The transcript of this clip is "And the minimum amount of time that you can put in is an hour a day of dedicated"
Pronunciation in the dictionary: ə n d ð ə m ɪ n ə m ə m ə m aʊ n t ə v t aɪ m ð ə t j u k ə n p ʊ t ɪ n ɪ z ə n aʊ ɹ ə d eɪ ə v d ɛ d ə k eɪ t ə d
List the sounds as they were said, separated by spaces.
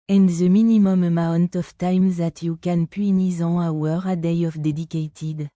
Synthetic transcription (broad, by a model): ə n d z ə m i n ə m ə m ə m aʊ n t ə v t aɪ m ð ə t j u k ə n p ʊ ɪ n ɪ z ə aʊ ɹ ə d eɪ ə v d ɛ d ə k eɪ t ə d